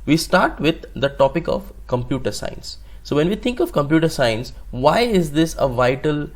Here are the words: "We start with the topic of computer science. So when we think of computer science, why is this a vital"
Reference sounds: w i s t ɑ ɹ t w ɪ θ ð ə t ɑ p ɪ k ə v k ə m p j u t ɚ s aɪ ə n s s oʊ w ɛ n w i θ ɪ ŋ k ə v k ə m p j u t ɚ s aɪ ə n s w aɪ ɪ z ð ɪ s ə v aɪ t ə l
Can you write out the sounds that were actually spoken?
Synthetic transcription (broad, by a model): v i s t ɑ ɹ t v ɪ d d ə t ɑ p ɪ k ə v k ə m p j u t ɚ s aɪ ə n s s oʊ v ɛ n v i t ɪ ŋ k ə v k ə m p j u t ɚ s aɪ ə n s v aɪ ɪ z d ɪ s ə v aɪ t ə l